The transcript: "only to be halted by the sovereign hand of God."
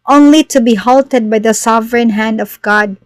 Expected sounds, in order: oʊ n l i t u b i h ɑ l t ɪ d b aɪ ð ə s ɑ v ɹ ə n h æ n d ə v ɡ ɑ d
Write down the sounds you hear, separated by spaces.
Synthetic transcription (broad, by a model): oʊ n l i t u b i h ɑ l t ɪ d b aɪ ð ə s ɑ v ɹ ə n h æ n d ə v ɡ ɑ d